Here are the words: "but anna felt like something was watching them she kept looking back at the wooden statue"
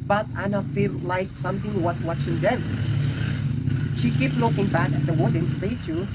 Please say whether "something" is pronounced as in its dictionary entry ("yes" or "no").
no